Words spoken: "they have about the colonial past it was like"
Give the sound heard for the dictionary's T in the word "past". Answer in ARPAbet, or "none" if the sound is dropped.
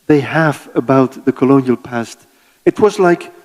T